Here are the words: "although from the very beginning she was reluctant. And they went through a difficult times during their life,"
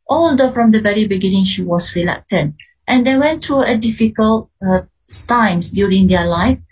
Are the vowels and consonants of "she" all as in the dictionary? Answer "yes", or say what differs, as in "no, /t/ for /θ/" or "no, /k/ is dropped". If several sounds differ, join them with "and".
yes